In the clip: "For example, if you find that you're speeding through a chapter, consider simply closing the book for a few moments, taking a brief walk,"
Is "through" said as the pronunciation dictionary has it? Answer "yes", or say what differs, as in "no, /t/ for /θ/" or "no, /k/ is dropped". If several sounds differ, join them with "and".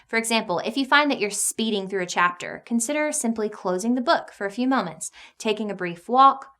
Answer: yes